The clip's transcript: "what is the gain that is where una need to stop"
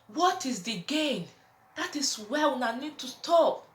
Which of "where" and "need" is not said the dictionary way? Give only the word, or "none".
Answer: where